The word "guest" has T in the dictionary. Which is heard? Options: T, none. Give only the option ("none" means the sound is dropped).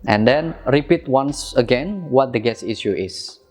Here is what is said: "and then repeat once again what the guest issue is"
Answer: none